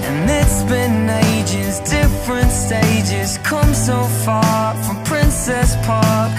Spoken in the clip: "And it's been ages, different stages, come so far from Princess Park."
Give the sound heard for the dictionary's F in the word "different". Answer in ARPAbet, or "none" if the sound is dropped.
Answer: F